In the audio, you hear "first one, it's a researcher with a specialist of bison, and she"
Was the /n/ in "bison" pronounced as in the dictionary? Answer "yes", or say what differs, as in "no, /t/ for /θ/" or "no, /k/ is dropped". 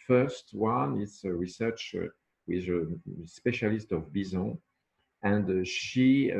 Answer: no, /n/ is dropped